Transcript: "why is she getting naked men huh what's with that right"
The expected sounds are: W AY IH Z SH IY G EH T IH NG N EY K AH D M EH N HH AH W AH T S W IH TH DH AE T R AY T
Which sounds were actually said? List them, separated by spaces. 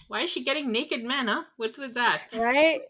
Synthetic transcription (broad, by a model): W AY IH Z SH IY G EH T IH NG N EY K AH D M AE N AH W AH T S W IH DH AE T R AY T